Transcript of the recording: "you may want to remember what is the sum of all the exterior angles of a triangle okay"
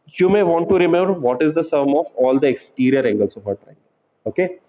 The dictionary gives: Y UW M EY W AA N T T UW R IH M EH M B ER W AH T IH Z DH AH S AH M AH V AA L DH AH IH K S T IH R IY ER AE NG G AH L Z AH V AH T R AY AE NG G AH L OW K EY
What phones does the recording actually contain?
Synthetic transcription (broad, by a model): Y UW M EY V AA N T T UW R IH M EH M B ER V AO T IH Z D AH S AH M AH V AA L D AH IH K S T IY R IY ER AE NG G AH L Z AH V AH T AY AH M OW K EY